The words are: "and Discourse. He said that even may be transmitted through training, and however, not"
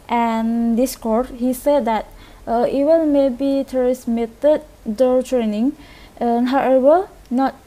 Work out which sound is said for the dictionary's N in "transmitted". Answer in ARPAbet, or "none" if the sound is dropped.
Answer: none